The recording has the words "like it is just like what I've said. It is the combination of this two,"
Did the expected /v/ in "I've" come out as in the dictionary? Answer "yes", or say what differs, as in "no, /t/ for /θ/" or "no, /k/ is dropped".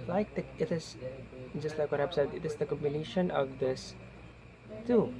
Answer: no, /b/ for /v/